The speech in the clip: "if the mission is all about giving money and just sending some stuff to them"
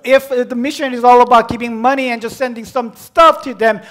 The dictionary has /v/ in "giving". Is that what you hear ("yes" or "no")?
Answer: no